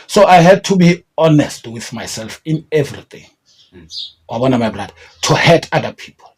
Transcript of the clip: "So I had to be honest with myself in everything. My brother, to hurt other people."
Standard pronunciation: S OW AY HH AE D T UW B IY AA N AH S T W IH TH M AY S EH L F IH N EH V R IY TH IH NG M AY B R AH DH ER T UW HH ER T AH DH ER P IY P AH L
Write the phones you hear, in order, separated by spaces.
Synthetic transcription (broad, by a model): S OW AY HH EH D T UW B IY AA N AH S T W IH TH M AY S EH L F IH N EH V R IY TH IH NG M AY B L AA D T UW HH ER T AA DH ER P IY P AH L